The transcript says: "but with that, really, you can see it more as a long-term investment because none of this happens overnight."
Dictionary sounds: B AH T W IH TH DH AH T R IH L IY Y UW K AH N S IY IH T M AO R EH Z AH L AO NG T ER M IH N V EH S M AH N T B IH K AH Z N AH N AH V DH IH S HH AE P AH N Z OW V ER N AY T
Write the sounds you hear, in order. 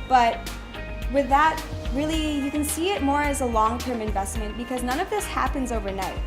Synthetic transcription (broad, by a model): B AH T W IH DH AH T R IH L IY Y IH K AH N S IY IH T M AO R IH Z AH L AO NG T ER M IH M V EH S M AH N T B IH K AH Z N AH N AH V DH IH S HH AE P AH N Z OW V ER N AY T